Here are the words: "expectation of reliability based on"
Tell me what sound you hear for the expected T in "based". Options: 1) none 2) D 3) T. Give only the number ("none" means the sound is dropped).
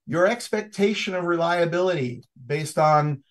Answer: 3